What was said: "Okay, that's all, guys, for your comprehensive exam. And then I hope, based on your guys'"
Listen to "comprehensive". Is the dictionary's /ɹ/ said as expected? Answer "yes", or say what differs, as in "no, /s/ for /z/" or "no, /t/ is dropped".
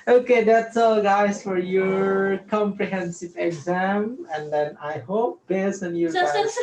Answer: yes